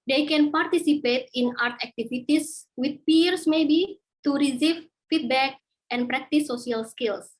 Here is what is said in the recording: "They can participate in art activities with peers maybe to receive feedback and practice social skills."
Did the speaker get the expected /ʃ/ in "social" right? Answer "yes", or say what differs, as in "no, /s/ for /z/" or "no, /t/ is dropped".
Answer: no, /ʃ/ is dropped